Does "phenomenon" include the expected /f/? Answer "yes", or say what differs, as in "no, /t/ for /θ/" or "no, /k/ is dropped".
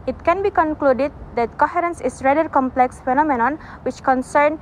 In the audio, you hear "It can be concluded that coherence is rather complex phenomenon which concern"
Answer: yes